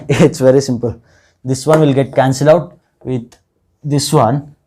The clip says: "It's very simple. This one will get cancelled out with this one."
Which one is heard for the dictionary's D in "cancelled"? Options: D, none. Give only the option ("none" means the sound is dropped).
none